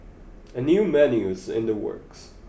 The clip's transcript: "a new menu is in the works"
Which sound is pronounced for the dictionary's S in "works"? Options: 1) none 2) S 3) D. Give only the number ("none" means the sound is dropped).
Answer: 2